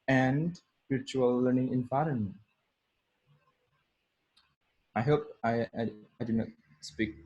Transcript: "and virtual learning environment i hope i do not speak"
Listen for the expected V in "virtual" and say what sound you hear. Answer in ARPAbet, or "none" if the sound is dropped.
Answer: P